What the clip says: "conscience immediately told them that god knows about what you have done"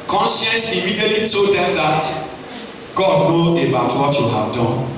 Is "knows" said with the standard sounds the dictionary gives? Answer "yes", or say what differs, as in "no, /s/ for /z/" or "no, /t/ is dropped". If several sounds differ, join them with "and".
no, /z/ is dropped